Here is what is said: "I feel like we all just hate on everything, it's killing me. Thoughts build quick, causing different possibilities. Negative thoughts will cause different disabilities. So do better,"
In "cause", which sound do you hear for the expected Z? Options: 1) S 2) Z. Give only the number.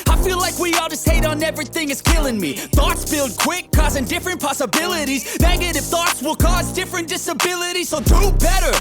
2